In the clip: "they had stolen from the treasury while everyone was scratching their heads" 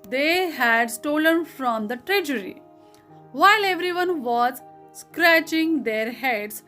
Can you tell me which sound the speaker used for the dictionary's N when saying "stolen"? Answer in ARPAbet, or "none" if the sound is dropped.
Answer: N